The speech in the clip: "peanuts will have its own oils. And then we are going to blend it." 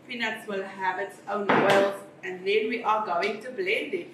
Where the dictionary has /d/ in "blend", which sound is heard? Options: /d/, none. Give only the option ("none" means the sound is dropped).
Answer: /d/